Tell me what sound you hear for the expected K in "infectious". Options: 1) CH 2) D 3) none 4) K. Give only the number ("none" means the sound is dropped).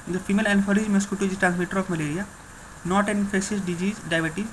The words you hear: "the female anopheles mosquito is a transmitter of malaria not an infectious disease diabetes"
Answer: 3